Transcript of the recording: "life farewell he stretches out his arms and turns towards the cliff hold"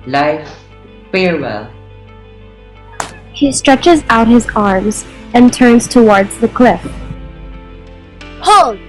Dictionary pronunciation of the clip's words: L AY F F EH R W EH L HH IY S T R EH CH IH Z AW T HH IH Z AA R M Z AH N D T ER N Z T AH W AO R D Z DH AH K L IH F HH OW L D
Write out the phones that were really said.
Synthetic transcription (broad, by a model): L AY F F EH R W EH L HH IY S T R EH CH IH Z AW T HH IH Z AA R M Z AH N T ER N Z T AH W AO R D Z DH AH K L IH F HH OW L